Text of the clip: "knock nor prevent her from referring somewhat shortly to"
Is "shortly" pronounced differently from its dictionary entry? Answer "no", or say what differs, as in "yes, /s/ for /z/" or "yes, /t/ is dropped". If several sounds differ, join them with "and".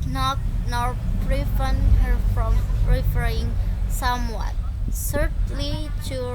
yes, /s/ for /ʃ/